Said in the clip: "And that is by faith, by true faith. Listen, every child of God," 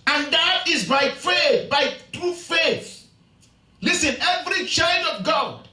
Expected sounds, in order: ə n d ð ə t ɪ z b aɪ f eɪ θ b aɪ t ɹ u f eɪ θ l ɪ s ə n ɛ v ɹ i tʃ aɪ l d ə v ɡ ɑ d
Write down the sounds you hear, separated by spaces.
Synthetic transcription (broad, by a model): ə n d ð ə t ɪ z b aɪ f eɪ θ b aɪ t ɹ u f eɪ θ l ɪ s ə n ɛ v ɹ i tʃ aɪ l d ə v ɡ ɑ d